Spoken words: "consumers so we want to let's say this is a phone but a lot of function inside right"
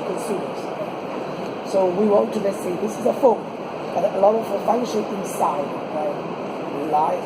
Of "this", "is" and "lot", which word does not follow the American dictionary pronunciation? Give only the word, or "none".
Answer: none